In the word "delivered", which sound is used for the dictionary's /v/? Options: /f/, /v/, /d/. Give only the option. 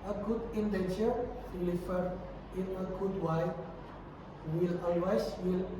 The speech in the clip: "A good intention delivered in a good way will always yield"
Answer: /f/